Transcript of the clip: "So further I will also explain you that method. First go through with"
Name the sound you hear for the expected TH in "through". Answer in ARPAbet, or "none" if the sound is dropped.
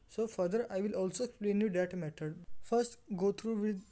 T